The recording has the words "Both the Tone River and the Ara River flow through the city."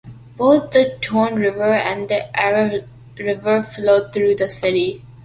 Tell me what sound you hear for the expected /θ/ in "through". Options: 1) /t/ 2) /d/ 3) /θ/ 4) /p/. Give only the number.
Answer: 1